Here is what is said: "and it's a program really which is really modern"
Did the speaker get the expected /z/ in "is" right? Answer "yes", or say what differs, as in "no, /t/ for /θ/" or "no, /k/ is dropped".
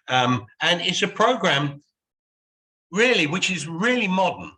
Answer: yes